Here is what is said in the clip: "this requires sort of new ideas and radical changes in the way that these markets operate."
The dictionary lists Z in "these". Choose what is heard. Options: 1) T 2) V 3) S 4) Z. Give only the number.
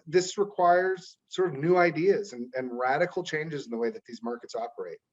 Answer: 4